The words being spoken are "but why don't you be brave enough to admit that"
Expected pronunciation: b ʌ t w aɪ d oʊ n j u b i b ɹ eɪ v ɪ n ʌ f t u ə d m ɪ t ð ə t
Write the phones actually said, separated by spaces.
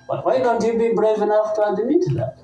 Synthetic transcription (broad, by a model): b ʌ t w aɪ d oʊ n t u b i b ɹ eɪ v ɪ n ʌ f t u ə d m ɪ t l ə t